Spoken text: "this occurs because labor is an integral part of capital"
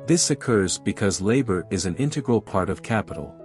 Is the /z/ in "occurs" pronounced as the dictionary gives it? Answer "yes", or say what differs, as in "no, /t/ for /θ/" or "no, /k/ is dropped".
yes